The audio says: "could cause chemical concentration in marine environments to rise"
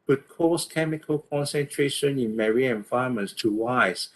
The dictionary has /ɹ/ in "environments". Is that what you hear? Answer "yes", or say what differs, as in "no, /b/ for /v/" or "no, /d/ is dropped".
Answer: no, /ɹ/ is dropped